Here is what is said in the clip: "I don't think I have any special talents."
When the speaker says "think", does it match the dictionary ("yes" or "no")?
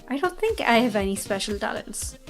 yes